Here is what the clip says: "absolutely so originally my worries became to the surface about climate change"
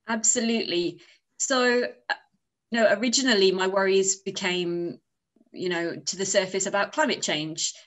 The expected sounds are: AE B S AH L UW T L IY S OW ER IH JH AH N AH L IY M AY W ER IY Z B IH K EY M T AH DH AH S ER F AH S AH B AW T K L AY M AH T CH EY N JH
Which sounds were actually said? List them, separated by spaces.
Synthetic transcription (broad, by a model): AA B S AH L UW T L IY S OW ER IH JH AH N AH L IY M AY W ER IY Z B IH K EY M T AH DH AH S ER F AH S AH B AW T K L AY M AH T CH EY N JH